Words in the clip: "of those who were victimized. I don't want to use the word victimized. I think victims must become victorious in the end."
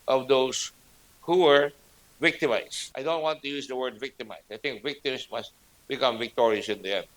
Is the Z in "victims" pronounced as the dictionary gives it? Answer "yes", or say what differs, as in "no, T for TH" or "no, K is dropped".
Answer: no, S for Z